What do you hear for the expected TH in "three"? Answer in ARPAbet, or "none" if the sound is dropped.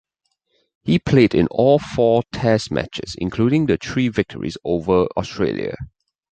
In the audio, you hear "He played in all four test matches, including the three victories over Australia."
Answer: T